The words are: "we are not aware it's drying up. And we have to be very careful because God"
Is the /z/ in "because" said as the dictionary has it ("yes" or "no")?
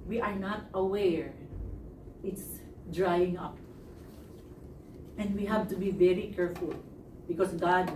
no